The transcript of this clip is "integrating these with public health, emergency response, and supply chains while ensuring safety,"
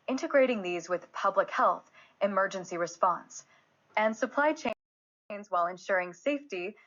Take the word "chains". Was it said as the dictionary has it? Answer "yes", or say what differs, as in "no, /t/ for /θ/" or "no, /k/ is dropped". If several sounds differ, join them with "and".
yes